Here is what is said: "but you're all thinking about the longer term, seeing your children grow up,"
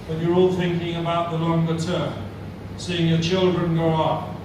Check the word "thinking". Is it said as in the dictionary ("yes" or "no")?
yes